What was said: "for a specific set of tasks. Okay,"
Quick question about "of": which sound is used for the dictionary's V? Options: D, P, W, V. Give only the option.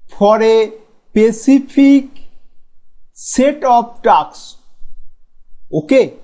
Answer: P